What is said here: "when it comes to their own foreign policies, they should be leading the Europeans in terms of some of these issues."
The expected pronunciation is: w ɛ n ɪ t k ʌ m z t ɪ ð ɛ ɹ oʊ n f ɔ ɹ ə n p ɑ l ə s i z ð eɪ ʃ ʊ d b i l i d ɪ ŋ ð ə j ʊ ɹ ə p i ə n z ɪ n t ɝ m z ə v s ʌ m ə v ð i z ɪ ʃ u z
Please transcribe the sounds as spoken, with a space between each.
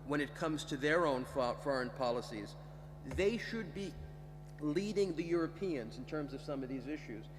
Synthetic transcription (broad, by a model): w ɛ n ɪ t k ʌ m z t ɪ ð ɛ ɹ oʊ n f ɔ ɹ ə n p ɑ l ə s i z ð eɪ ʃ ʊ d b i l i d ɪ ŋ ð ə j ʊ ɹ ə p i ə n z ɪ n t ɝ m z ə v s ʌ m ə v ð i z ɪ ʃ u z